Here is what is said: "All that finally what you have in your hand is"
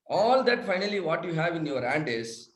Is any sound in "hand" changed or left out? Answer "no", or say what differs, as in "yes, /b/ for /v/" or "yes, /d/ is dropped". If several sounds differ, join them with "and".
no